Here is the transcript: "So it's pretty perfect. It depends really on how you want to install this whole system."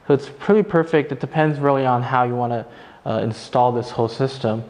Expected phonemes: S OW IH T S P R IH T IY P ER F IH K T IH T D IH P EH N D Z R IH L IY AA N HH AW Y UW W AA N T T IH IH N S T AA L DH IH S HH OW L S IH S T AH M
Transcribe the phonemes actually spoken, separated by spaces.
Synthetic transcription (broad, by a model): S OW IH T S P R IH T IY P ER F IH K T IH T D IH P EH N D Z R IH L IY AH N HH AW Y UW W AA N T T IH IH N S T AA L DH IH S HH OW L S IH S T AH M